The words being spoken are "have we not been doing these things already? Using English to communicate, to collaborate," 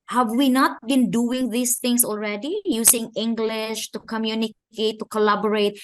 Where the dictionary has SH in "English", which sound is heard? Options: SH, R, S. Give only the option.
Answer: SH